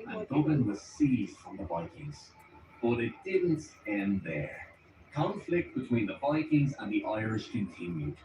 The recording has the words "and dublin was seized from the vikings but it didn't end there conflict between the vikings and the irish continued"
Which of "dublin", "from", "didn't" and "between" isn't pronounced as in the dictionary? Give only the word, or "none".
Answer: dublin